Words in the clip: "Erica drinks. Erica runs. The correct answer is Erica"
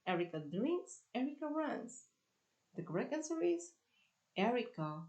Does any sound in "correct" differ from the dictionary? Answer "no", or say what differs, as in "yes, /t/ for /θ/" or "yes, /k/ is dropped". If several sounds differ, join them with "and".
yes, /t/ is dropped